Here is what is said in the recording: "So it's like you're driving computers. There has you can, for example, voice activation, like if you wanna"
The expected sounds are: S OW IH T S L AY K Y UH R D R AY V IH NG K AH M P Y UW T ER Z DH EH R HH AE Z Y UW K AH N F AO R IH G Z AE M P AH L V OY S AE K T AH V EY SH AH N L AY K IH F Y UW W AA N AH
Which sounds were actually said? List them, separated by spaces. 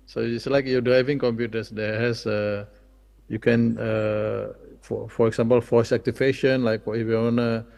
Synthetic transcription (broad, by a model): S OW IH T S L AY K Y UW D R AY V IH NG K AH M P Y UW T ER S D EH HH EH S Y UW K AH N F AO R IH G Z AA M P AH L F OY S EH K T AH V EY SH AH N L AY K IH F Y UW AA N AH